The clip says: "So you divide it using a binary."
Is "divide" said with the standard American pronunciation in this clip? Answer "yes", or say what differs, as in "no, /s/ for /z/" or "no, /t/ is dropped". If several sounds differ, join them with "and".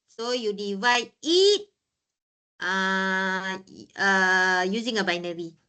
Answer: yes